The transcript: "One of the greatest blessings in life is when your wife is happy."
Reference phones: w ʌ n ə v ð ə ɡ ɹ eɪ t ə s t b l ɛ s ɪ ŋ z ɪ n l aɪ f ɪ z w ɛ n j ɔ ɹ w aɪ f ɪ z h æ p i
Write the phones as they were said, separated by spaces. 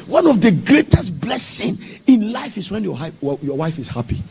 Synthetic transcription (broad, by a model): w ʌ n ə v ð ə ɡ ɹ eɪ t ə s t b l ɛ s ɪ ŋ ɪ n l aɪ f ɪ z w ɛ n j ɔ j w aɪ f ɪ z h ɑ p i